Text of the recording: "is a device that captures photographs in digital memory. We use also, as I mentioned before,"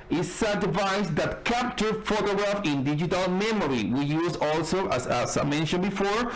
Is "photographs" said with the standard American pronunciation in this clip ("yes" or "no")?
no